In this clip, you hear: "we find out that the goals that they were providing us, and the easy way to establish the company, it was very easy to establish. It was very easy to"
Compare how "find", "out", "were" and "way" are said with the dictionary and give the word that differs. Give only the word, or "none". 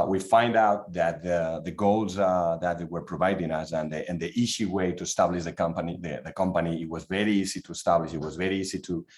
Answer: none